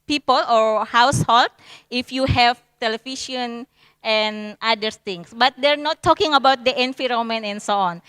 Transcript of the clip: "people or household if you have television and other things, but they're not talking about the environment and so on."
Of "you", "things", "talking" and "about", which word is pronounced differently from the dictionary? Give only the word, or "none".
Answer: things